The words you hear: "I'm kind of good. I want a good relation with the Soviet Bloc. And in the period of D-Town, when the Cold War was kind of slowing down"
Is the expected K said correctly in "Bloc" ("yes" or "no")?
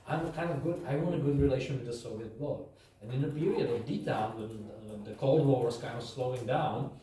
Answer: no